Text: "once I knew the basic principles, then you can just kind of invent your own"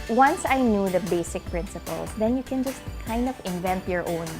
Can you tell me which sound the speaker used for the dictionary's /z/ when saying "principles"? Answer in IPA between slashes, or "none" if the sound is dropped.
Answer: /s/